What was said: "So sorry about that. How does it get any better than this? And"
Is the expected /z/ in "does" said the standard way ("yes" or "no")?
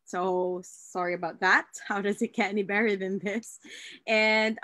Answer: yes